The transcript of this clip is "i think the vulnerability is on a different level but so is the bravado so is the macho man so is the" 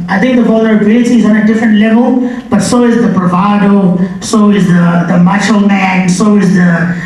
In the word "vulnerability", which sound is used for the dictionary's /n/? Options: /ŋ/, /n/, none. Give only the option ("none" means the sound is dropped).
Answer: none